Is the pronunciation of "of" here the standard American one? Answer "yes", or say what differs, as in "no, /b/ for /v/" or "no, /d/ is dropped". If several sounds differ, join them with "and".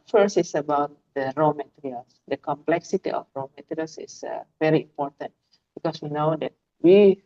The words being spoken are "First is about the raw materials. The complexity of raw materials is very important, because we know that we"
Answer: no, /f/ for /v/